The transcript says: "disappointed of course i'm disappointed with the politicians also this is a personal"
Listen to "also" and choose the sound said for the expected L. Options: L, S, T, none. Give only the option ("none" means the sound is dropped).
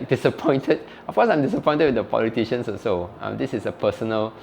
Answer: none